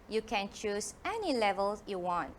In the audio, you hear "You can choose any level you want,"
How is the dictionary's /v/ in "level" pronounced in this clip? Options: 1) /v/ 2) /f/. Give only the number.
1